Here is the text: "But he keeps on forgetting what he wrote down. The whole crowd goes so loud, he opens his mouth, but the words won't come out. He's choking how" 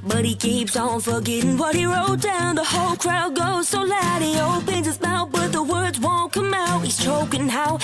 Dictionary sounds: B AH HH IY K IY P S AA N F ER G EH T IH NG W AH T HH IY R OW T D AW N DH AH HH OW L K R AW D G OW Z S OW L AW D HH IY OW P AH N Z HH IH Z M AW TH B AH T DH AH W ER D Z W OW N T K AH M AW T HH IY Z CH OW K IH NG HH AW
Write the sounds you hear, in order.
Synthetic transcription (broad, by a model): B AH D IY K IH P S AA N F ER G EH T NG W AH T HH IY R OW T D AW N DH AH HH OW L K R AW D G OW Z S OW L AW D HH IY OW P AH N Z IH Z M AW T B AH T DH AH W ER D Z W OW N K AH M AW T HH IY Z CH OW K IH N HH AW